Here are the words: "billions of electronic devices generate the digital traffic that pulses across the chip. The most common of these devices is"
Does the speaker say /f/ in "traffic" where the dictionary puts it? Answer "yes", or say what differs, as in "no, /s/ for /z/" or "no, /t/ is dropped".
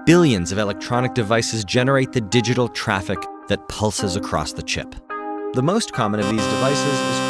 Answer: yes